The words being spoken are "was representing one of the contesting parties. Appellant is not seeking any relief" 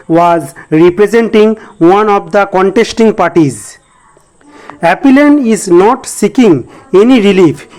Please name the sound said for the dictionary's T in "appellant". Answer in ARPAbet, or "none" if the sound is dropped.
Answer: none